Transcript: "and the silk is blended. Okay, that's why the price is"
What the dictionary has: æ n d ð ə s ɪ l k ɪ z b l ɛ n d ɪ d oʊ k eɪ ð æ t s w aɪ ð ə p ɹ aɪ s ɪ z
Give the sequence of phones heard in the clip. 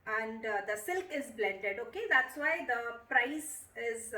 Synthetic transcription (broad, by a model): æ n d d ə s ɪ l k ɪ z b l ɛ n d ɪ d oʊ k eɪ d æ t s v aɪ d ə p ɹ aɪ s ɪ z